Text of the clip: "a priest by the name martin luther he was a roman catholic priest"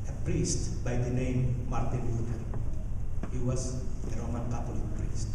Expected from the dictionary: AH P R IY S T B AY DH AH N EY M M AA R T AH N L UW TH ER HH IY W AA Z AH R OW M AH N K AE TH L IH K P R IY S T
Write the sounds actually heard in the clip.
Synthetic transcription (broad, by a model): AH P R IY S T B AY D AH N EY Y M AA R T AH N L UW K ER HH IY W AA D AH R OW M AH N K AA T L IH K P R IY S T